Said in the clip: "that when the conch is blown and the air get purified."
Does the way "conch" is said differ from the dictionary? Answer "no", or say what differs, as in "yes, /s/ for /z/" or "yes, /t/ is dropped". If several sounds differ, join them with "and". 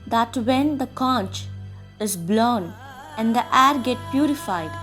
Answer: no